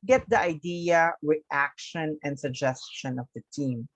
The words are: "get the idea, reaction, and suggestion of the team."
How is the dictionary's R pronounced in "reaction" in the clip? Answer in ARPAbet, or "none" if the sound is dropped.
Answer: W